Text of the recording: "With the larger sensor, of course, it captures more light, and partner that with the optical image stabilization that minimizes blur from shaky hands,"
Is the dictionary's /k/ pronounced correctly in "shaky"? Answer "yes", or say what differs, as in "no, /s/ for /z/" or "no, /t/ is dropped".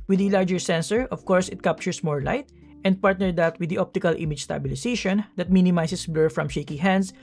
yes